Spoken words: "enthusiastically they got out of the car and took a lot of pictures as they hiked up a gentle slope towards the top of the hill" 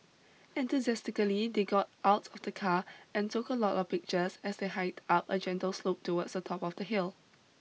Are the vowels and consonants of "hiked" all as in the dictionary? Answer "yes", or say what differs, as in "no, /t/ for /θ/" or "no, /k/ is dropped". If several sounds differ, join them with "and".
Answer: no, /k/ is dropped